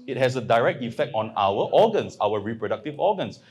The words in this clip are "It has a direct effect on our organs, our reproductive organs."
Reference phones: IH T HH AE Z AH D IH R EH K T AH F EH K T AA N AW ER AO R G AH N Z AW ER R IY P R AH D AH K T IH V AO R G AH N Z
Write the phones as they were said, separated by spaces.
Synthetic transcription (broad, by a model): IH T HH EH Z AH D IH R EH K T AH F EH K T AA N AW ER AO G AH N S AW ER R IY P R AH D AH K T IH V AO G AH N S